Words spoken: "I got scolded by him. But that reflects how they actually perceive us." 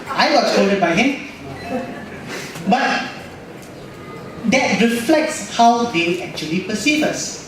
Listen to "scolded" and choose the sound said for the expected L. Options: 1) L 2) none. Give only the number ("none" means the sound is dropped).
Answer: 2